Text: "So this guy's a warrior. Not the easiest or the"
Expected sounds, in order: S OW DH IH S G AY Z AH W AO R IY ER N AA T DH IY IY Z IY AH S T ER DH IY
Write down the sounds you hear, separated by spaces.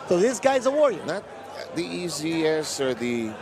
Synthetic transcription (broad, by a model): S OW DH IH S G AY Z AH W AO R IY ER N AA T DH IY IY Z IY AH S ER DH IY